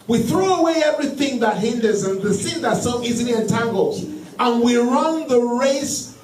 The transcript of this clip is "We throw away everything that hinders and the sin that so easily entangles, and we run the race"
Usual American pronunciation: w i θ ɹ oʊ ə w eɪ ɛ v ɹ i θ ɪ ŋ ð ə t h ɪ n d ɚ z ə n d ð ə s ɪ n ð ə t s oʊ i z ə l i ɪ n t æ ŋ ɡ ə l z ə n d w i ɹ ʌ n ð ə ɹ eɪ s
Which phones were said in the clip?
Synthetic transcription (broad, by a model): w i θ ɹ oʊ ə w eɪ ɛ v ɹ i θ ɪ ŋ ð ə t h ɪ n d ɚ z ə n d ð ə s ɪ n ð ə t s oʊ i z ə l i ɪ n t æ ŋ ɡ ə l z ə n w i ɹ ʌ n ð ə ɹ eɪ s